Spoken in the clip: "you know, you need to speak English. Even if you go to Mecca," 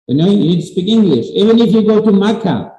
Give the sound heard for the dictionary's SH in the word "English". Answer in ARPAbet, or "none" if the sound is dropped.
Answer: SH